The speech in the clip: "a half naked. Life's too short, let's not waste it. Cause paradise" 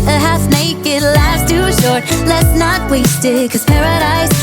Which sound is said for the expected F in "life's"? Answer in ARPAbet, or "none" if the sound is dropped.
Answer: none